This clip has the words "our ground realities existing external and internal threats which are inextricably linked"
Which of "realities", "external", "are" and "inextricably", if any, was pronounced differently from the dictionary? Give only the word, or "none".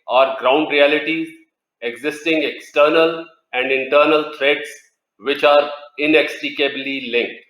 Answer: inextricably